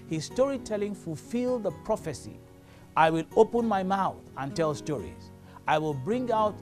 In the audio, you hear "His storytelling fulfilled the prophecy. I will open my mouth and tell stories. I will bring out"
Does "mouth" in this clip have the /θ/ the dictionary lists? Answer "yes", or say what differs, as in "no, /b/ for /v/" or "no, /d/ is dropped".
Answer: yes